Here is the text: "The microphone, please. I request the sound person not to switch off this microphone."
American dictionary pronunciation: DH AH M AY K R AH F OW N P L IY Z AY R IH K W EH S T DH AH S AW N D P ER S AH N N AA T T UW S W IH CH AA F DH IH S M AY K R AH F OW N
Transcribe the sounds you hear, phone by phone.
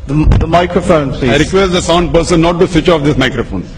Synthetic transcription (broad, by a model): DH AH M AY K R AH F OW N P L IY AY R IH K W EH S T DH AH S AW N D P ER S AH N N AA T T UW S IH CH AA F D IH S M AY K R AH F OW N